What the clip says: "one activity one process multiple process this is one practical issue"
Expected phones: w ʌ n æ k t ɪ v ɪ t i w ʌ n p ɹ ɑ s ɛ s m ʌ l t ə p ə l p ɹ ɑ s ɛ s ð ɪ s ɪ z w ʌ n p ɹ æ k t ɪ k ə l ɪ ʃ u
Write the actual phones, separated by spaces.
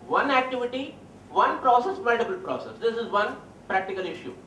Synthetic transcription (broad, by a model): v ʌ n æ k t ɪ v ɪ t i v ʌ n p ɹ ɑ s ɛ s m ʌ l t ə b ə l p ɹ ɑ s ɛ s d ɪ s ɪ z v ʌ n p ɹ æ k t ɪ k ə l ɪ ʃ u